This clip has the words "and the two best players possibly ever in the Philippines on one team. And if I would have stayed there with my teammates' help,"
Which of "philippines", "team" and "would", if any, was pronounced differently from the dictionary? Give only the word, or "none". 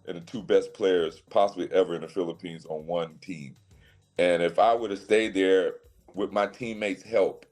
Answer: none